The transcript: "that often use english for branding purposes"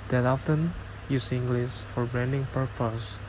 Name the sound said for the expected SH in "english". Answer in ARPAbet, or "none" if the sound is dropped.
S